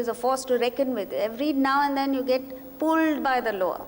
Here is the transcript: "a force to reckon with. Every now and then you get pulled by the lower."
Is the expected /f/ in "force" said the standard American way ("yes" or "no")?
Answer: yes